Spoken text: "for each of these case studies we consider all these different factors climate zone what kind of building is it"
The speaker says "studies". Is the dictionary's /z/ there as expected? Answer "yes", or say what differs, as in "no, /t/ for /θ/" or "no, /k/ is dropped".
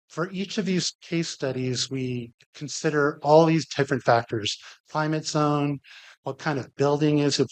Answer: yes